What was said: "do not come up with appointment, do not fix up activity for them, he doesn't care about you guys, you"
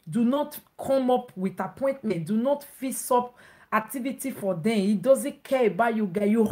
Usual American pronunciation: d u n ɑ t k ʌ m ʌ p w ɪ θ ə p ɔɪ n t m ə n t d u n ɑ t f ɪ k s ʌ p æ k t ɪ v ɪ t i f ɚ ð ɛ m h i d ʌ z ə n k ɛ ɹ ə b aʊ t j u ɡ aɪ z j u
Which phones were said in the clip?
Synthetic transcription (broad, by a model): d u n ɑ t k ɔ m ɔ p w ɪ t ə p ɔɪ n t m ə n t d u n ɑ t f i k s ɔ p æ k t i v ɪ t i f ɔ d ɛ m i d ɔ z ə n k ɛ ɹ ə b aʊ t j u ɡ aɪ j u